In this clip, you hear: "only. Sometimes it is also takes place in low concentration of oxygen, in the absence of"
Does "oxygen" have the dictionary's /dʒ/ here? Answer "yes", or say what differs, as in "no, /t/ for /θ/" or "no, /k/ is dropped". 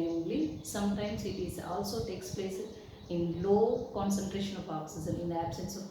no, /z/ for /dʒ/